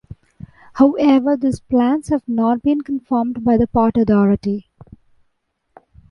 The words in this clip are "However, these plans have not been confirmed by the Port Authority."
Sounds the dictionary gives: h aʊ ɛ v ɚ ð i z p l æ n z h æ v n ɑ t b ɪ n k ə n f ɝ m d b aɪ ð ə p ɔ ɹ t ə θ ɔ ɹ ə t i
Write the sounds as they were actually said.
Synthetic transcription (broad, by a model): h aʊ ɛ v ɚ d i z p l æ n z h æ v n ɑ t b ɪ n k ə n f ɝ m d b aɪ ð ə p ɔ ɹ t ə t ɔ ɹ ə t i